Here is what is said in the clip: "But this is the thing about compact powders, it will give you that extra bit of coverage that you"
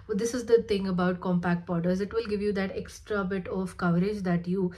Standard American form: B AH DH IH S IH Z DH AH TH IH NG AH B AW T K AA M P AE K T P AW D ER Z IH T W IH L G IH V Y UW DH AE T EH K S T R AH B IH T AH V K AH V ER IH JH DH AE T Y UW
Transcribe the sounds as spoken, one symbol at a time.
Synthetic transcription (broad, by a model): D IH S IH Z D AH T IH NG AH B AW T K AA M P AE K T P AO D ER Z IH T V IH L G IH V Y UW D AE T EH K S T R AH B IH T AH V K AH V ER IH JH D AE T Y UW